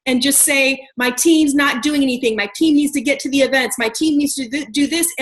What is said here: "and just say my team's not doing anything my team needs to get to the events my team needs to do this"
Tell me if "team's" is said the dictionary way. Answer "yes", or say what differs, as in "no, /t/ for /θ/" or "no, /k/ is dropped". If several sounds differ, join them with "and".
yes